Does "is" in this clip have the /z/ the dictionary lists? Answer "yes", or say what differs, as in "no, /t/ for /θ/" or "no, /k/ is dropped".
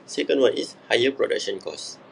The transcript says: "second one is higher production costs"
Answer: no, /s/ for /z/